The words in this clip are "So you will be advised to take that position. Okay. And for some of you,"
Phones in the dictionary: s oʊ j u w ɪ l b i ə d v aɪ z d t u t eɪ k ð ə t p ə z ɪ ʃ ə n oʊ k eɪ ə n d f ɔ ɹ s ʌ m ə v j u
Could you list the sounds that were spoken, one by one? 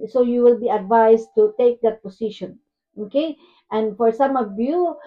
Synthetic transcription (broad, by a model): s oʊ j u w ɪ l b i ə d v aɪ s t u t eɪ k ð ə t p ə s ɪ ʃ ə n oʊ k eɪ ə n d f ɔ ɹ s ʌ m ə v j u